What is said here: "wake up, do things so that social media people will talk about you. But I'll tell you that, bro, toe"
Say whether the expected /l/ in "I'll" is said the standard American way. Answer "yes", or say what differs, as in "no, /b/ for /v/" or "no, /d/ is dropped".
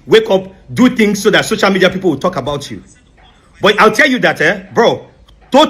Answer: yes